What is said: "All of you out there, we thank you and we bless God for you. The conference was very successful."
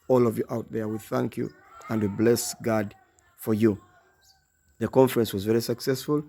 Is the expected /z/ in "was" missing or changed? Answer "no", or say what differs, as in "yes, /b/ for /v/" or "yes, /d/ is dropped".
no